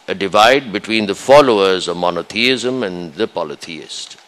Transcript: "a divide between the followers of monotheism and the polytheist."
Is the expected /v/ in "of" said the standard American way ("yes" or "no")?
yes